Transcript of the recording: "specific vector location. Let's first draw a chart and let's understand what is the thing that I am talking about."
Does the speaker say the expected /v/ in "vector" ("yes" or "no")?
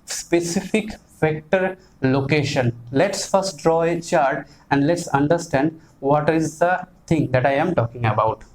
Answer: no